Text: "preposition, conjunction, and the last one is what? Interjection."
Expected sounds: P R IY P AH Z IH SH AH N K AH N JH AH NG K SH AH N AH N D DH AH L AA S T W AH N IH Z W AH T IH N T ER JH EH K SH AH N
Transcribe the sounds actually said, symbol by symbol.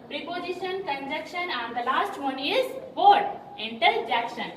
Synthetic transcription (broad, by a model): P R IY P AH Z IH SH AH N K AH N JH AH K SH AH N AH N D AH L AA S T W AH N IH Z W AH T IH N T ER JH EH K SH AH N